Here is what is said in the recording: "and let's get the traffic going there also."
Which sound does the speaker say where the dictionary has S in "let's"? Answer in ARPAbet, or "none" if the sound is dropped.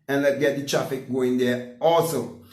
none